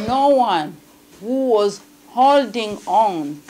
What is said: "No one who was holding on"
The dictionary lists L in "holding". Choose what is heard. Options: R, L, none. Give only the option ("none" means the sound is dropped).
L